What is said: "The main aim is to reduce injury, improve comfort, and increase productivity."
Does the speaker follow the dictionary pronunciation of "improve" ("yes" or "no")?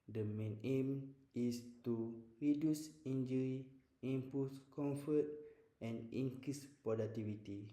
no